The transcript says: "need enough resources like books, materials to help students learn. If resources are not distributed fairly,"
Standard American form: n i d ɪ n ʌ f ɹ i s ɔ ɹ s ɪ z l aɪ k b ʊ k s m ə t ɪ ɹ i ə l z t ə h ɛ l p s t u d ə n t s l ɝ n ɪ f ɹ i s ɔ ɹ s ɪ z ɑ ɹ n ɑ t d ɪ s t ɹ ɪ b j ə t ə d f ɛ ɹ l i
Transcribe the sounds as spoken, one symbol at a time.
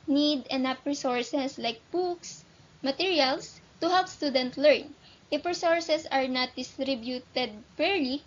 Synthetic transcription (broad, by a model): n i d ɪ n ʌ p ɹ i s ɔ ɹ s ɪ s l aɪ k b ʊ k s m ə t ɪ ɹ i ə l s t ə h ɛ l p s t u d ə n t l ɝ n ɪ f ɹ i s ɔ ɹ s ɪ s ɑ ɹ n ɑ t d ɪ s t ɹ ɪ b j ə t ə d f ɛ ɹ l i